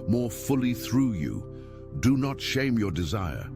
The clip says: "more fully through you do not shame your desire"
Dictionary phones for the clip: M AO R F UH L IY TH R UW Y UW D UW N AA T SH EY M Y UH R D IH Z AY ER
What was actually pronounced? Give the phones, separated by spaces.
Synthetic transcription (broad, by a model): M AO R F UH L IY TH R UW Y UW D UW N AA T SH EY M Y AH R D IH Z AY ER